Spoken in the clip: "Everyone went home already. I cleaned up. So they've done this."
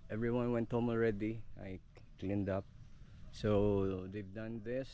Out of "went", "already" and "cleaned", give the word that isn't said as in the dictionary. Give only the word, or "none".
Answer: none